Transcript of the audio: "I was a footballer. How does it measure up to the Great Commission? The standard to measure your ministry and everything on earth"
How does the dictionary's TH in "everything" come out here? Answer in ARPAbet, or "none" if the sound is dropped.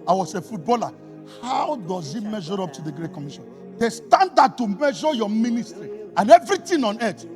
T